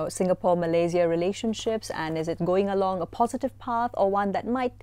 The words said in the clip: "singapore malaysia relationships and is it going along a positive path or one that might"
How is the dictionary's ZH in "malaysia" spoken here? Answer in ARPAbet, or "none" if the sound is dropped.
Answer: Z